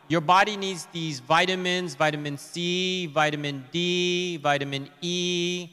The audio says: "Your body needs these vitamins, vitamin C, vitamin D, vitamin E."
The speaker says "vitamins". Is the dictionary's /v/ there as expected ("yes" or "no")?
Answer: yes